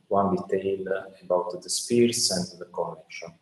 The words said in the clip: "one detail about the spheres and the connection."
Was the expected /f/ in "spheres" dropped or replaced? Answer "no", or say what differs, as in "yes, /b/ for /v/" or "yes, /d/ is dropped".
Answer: yes, /p/ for /f/